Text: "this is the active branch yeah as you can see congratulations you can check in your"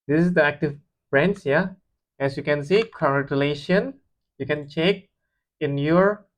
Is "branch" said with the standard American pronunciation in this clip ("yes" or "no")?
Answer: no